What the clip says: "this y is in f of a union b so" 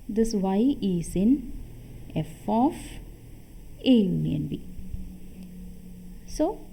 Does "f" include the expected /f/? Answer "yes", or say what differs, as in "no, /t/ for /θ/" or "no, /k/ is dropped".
yes